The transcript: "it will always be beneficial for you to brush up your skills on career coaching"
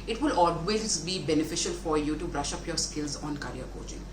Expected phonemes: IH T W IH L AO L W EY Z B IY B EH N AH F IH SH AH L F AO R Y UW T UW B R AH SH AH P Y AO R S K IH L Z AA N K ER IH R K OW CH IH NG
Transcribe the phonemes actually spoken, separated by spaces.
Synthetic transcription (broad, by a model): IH T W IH L AO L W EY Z B IY B EH N AH F IH SH AH L F AO R Y UW T UW B R AH SH AH P Y AO R S K IH L Z AA N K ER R K OW CH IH NG